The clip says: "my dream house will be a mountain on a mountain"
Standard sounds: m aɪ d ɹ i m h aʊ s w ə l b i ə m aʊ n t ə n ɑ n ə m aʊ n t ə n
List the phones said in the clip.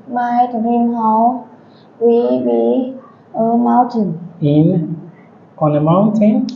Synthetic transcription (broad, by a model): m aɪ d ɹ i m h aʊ w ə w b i ə m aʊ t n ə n ɑ n ə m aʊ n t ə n